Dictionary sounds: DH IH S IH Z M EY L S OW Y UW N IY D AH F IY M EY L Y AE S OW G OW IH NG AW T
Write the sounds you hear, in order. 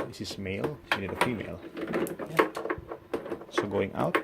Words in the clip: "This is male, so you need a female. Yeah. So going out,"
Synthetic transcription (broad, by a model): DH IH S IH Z M EY L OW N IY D AH F IY M EY L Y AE S OW G OW IH NG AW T